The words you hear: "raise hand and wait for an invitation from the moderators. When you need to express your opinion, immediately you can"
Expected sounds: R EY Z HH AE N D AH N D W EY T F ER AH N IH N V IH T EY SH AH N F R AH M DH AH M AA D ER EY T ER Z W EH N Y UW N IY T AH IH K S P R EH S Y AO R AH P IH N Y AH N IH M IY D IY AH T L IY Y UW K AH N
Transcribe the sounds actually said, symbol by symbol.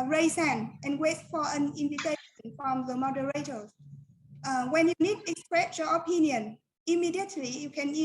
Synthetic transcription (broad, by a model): R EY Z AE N AH N W EY T F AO AH N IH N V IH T EY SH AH N F R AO M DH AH M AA D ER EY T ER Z W EH N Y UW N IY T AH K S P R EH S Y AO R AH P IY N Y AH N IH M IY D IY AH T L IY Y UW K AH N